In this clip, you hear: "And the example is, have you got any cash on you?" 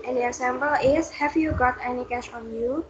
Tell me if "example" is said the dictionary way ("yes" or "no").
no